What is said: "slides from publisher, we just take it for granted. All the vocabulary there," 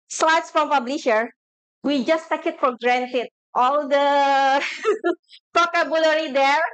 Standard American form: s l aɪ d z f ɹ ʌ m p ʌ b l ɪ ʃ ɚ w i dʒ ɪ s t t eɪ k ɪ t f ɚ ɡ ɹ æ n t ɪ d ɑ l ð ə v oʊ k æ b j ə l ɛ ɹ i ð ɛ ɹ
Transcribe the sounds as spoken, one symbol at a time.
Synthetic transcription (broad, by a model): s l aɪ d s f ɹ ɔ m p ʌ b l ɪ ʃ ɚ w i dʒ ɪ s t t eɪ k ɪ t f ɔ ɡ ɹ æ n t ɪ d ɑ l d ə p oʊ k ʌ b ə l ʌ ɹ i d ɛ ɹ